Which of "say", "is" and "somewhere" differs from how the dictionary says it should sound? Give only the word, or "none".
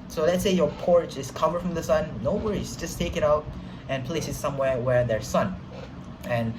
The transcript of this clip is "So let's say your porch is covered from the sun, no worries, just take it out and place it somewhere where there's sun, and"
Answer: is